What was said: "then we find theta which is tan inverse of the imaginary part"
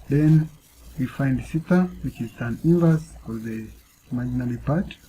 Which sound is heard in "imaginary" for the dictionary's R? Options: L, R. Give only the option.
L